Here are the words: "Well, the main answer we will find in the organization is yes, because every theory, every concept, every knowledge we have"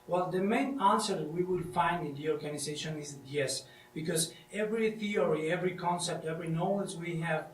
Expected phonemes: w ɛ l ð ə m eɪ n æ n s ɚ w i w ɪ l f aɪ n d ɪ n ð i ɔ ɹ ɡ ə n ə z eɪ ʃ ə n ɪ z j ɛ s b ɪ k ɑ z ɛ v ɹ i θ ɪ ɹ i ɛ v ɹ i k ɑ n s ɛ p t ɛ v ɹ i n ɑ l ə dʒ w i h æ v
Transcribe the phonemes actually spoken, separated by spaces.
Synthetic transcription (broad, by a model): w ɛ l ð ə m eɪ n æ n s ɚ w i w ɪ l f aɪ n d ɪ n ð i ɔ ɹ ɡ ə n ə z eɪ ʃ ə n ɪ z j ɛ s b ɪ k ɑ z ɛ v ɹ i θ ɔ ɹ i ɛ v ɹ i k ɑ n s ɛ p t ɛ v ɹ i n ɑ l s w i h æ v